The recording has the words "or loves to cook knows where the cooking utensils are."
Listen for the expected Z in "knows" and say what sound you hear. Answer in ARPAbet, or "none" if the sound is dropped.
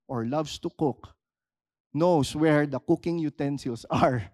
S